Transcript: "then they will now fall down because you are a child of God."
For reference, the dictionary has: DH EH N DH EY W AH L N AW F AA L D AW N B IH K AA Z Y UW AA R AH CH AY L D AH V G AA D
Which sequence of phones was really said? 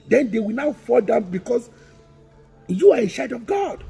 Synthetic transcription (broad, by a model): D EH N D EY W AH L N AW F AA L D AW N B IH K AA S Y UW AA R AH SH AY D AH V G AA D